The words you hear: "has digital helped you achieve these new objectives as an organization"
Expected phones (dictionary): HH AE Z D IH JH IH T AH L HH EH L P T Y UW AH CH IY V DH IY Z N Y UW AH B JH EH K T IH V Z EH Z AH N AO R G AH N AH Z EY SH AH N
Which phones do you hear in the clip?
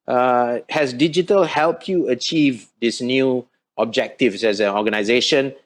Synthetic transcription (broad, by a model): HH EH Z D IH JH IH T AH L HH EH L P T Y UW AH CH IY V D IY S N Y UW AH B JH EH K T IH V S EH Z AH N AO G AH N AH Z EY SH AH N